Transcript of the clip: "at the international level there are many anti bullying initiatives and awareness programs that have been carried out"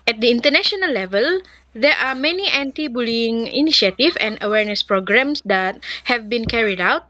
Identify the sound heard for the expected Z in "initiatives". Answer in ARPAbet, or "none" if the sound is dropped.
none